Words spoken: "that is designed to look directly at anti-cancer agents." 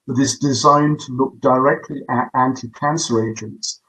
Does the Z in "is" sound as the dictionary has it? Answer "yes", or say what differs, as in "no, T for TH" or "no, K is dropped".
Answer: yes